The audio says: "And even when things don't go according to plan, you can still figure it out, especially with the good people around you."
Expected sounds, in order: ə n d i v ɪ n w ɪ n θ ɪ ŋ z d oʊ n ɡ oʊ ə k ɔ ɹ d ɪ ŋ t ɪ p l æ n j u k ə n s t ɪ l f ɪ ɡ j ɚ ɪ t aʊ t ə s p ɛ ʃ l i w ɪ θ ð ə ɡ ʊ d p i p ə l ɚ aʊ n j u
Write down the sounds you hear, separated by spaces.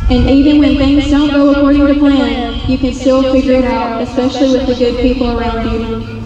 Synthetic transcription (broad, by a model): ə n i v ɪ n w ɪ n θ ɪ ŋ z d oʊ n ɡ oʊ ə k ɔ ɹ d ɪ ŋ t ɪ p l æ n j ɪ k ə n s t ɪ l f ɪ ɡ j ɚ ɪ t aʊ t ə s p ɛ ʃ l i w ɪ ð ə ɡ ʊ d p i p l ɚ aʊ n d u